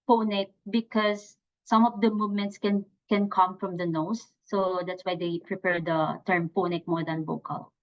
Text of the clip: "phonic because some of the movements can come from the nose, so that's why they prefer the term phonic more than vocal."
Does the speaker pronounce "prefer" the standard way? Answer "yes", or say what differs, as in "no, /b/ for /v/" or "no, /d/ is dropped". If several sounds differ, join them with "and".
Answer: no, /p/ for /f/